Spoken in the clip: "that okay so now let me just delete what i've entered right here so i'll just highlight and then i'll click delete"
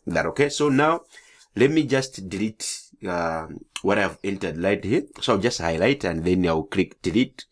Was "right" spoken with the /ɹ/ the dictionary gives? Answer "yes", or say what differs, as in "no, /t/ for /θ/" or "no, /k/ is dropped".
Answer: no, /l/ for /ɹ/